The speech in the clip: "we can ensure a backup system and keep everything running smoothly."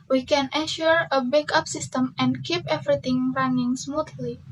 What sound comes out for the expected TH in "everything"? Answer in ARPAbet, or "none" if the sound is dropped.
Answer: T